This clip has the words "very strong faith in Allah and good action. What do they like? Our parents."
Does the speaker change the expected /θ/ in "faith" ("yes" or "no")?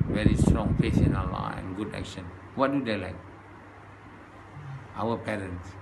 yes